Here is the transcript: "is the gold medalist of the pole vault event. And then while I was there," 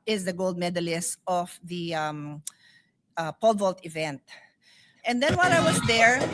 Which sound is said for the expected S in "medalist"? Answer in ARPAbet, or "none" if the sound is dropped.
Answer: S